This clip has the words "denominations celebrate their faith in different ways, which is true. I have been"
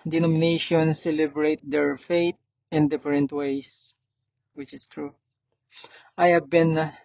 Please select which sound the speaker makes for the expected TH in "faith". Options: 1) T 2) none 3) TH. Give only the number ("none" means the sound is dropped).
1